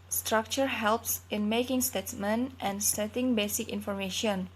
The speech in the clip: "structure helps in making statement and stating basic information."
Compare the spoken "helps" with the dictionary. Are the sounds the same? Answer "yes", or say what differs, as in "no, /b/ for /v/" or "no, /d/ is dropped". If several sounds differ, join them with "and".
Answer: yes